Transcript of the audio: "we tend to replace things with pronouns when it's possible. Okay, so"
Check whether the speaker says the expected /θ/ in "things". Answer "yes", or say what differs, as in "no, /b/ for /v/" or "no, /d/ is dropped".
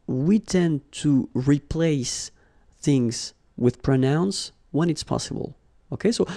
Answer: yes